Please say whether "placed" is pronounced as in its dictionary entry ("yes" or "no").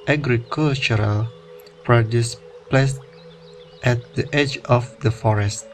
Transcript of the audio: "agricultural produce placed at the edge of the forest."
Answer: yes